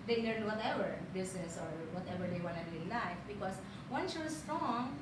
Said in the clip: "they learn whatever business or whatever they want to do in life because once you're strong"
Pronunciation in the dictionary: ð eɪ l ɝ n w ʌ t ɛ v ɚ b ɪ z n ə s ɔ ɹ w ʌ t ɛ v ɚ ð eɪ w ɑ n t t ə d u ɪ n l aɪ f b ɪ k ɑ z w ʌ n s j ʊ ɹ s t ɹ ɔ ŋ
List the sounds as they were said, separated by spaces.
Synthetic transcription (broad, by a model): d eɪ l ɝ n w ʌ t ɛ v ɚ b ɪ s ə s ɔ ɹ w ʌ t ɛ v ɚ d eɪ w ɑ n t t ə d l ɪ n l aɪ f b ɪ k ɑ s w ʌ n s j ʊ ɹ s t ɹ ɔ ŋ